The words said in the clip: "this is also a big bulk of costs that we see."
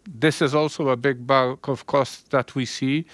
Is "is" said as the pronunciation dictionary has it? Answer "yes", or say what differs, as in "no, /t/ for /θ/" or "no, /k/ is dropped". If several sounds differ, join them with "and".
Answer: yes